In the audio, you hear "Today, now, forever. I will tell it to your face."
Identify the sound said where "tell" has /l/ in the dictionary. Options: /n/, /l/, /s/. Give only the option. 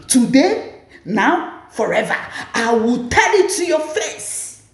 /n/